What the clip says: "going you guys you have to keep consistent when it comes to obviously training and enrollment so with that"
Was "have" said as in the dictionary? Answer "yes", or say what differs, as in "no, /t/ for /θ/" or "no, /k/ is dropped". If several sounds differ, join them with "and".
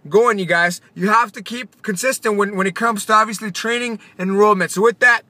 no, /f/ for /v/